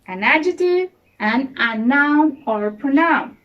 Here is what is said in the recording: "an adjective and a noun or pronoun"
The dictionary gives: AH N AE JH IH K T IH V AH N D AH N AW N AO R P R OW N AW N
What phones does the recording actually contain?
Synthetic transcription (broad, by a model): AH N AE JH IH T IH AH N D AH N AW N AO R P R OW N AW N